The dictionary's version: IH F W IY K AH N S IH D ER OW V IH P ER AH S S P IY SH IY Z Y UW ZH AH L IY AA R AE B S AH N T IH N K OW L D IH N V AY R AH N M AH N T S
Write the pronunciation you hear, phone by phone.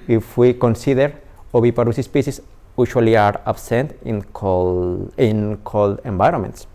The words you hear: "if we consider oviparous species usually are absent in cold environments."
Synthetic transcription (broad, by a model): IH F W IY K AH N S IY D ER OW B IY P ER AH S S P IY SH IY S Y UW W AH L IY AA R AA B S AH N T IH N K OW L D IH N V AY R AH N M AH N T S